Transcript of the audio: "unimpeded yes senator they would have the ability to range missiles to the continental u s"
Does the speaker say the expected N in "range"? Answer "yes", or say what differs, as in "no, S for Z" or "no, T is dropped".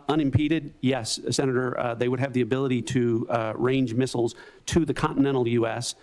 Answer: yes